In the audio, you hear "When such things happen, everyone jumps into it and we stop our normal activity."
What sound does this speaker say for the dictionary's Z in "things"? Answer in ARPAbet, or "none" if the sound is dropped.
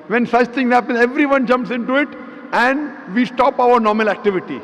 none